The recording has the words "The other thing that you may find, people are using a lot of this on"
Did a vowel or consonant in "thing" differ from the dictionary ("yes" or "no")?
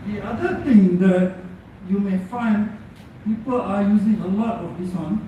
yes